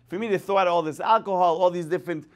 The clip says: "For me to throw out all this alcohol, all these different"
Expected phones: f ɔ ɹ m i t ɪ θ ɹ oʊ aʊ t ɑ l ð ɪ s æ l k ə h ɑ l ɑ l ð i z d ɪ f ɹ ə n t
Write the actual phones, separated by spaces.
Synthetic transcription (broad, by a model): f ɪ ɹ m i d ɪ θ oʊ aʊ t ɑ l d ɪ s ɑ l k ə h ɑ l ɑ l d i s d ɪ f ɹ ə n t